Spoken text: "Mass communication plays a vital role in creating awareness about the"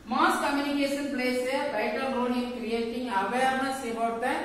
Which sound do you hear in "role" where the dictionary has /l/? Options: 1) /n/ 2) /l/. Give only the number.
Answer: 1